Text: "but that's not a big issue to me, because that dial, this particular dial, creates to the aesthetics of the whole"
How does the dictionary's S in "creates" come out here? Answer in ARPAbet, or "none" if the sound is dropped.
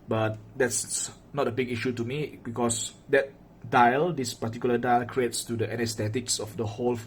S